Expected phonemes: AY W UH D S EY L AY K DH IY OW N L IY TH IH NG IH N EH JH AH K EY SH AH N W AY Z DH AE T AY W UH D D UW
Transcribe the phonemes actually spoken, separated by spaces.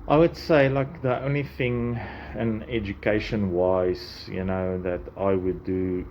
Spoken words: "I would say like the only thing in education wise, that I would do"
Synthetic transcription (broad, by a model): AY W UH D S EY L AY K DH IY OW N L IY TH IH NG IH N EH JH AH K EY SH AH N W AY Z DH AE T AY W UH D D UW